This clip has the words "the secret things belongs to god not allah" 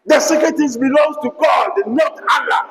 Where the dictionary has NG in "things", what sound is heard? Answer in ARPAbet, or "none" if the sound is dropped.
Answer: none